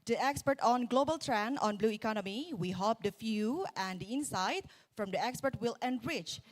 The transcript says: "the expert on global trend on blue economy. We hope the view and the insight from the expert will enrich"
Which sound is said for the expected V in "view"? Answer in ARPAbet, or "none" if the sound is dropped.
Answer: F